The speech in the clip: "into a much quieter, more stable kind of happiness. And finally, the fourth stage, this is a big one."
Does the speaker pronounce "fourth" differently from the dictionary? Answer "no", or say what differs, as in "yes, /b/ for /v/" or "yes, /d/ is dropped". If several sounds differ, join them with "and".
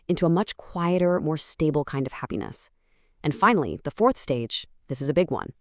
no